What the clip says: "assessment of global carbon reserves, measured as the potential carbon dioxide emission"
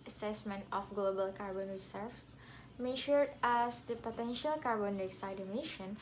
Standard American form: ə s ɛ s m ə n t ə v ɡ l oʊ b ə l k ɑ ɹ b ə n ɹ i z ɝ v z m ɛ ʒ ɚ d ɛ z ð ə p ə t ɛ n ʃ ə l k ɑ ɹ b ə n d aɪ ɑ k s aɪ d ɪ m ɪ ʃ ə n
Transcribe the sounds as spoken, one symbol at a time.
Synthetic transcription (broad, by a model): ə s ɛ s m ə n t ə f ɡ l oʊ b ə l k ɑ ɹ b ə n ɹ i s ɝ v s m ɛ ʃ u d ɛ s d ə p ə t ɛ n ʃ ə l k ɑ ɹ b ə n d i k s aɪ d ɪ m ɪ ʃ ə n